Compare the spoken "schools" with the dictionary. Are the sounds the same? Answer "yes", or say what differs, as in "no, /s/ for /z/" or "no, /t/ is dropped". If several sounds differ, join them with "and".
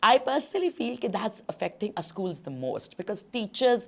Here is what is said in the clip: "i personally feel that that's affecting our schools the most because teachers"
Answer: yes